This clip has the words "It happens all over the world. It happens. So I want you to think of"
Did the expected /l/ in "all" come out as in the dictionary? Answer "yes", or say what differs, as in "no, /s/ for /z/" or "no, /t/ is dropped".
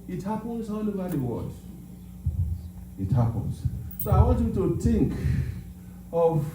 no, /n/ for /l/